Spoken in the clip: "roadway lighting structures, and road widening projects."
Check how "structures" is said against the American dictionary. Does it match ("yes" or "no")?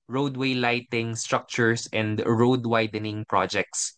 no